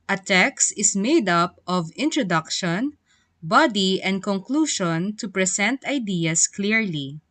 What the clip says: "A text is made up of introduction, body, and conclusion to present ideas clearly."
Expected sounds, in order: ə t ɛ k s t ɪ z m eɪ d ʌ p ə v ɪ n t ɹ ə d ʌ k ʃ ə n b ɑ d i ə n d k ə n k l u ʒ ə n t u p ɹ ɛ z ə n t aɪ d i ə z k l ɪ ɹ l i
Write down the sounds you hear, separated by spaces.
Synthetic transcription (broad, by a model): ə t ɛ k s t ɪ s m eɪ d ʌ p ə v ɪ n t ɹ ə d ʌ k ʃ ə n b ɑ d i ə n d k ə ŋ k l u ʃ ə n t u p ɹ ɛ s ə n t aɪ d i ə s k l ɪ ɹ l i